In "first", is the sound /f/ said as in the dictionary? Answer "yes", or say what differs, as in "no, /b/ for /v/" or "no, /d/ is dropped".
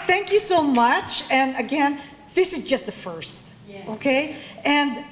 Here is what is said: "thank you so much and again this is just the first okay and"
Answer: yes